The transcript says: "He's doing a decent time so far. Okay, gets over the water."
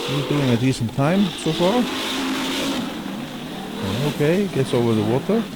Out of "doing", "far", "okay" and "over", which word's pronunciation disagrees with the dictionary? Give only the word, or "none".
none